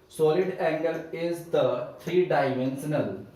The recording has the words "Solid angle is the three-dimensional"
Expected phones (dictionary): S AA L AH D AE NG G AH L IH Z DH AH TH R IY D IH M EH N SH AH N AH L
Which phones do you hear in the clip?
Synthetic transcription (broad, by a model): S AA L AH D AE NG G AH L IH Z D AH T R IY D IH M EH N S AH N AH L